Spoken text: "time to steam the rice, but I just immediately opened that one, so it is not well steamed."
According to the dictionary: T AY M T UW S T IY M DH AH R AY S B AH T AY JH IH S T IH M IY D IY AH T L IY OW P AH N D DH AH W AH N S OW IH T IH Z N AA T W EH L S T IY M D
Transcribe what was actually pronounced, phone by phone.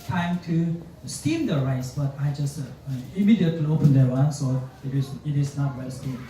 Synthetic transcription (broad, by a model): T AY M T UW S T IY M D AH R AY S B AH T AY JH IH S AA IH M IY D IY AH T IY OW P AH N D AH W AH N S OW IH T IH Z N AA T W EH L S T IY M